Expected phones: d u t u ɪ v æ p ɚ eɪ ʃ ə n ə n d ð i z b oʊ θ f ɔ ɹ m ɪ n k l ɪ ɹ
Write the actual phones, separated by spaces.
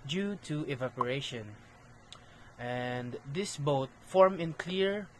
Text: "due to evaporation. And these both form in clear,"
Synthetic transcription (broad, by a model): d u t u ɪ v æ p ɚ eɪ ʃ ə n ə n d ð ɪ s b oʊ t f ɔ ɹ m ɪ n k l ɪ ɹ